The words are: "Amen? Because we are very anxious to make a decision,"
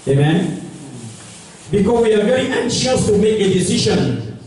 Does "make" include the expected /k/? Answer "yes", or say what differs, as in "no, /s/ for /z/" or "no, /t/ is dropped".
yes